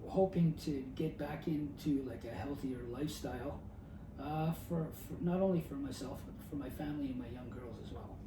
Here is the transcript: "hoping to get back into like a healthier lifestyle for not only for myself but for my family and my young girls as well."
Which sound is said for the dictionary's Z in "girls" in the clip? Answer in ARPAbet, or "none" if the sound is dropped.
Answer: Z